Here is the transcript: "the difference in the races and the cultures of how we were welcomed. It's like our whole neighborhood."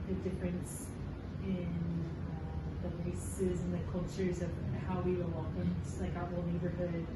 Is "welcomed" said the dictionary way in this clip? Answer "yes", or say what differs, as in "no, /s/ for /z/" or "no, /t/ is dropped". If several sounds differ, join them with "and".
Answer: no, /l/ is dropped